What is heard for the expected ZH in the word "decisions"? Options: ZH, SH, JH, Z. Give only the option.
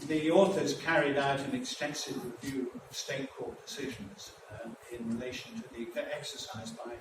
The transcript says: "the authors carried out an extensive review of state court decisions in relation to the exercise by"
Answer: ZH